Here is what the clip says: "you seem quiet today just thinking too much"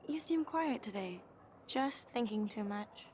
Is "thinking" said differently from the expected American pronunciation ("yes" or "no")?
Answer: no